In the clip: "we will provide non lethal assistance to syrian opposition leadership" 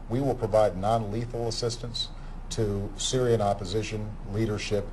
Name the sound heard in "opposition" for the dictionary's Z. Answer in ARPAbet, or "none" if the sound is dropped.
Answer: Z